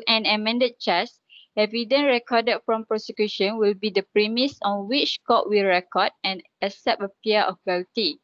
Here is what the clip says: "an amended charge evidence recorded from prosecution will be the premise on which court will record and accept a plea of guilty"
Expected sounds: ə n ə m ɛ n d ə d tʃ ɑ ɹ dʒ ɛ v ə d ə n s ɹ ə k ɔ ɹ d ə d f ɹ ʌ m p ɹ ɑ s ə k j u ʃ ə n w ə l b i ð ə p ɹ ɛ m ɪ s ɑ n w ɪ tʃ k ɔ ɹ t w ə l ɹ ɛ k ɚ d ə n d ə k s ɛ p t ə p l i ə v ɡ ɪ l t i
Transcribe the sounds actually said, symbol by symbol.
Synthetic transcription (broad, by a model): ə n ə m ɛ n d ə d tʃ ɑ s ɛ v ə d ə n ɹ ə k ɔ d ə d f ɹ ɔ m p ɹ ɑ s ə k j u ʃ ə n w ə l b i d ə p ɹ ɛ m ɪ s ɑ n w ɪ tʃ k ɔ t w ə l ɹ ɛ k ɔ d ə n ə s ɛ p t ə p i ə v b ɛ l t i